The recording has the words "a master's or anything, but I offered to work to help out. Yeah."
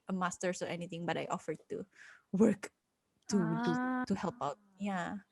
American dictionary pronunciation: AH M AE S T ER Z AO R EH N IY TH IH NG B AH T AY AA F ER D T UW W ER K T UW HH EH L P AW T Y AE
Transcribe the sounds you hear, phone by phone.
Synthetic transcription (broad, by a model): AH M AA S T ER S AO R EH N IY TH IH NG B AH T AY AA F ER D T UW W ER K T UW HH EH L P AW T Y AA